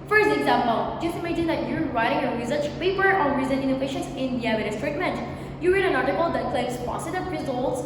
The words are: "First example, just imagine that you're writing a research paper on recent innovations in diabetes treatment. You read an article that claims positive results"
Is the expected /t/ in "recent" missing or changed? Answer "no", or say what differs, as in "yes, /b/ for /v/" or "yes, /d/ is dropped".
yes, /t/ is dropped